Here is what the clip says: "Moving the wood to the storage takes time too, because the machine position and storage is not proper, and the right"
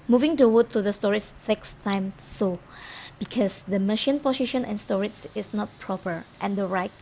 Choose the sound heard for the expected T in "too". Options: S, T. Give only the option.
S